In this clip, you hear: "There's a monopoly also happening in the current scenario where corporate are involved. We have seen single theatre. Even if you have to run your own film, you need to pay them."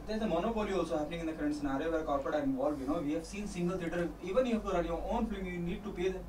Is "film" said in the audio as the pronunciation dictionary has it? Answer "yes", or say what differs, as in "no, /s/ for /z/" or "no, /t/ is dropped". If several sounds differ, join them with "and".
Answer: no, /l/ is dropped